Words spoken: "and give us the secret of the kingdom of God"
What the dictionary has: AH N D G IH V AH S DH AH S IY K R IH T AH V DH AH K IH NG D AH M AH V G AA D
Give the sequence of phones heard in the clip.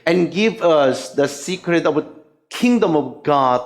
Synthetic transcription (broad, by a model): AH N G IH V AH S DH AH S IY K R IH T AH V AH K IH NG D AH M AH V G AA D